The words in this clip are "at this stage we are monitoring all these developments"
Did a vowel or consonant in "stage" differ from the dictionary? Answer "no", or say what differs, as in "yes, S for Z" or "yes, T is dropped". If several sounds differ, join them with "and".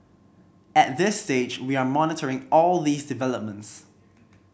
no